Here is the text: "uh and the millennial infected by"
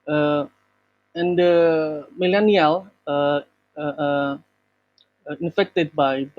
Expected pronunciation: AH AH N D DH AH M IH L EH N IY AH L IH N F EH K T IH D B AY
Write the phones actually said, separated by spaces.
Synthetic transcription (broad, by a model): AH AH N D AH M IH L EH N IY AH L IH N F EH K T IH D B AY